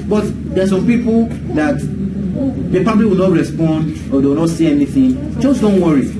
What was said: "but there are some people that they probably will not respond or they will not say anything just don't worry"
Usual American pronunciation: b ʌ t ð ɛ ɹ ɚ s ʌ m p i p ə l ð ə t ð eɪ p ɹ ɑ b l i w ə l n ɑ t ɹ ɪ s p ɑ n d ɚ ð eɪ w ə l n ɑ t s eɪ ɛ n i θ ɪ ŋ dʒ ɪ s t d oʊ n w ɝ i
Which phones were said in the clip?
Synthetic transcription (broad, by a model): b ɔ t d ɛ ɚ s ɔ m p i p ə l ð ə t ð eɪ p ɑ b l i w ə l n ɑ t ɹ ɪ s p ɑ n d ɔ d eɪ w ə n ɑ t s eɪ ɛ n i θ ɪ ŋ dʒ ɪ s d oʊ n w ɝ i